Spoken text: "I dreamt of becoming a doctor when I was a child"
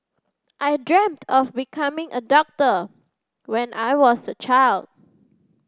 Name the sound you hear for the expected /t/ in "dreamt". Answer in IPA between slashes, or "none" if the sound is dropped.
/t/